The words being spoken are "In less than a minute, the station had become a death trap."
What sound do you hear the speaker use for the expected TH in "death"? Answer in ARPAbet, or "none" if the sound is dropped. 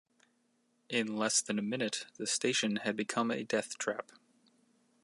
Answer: TH